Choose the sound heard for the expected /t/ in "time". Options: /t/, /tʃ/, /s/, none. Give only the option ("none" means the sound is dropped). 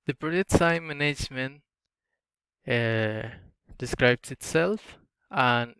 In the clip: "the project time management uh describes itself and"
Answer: /s/